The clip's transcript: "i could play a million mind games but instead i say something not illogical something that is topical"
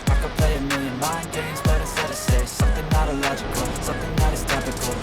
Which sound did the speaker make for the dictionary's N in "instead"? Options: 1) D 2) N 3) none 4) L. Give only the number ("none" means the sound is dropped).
3